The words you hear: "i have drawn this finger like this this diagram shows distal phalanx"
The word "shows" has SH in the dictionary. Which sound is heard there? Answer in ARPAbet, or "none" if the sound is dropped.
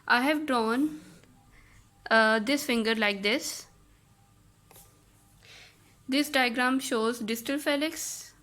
SH